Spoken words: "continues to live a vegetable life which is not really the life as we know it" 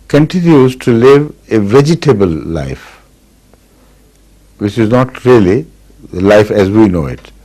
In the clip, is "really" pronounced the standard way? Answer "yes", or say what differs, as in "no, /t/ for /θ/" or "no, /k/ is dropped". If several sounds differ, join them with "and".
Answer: no, /l/ is dropped